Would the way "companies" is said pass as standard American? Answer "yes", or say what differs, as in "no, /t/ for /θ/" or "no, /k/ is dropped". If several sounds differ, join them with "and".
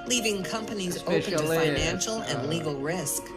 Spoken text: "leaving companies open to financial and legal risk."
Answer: yes